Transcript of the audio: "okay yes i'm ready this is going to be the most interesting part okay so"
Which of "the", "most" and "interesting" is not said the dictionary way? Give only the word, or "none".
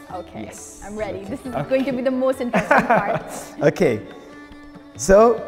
interesting